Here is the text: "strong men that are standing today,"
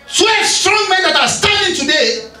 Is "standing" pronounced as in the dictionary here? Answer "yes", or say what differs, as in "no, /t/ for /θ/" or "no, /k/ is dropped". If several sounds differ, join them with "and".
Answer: no, /n/ is dropped